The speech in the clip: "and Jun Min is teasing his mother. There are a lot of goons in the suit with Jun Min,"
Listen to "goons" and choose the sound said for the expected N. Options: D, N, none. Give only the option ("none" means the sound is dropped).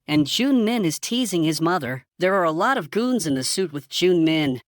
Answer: N